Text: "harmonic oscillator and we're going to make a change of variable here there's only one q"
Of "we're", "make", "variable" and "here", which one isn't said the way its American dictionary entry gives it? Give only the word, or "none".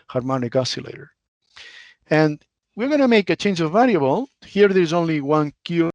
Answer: variable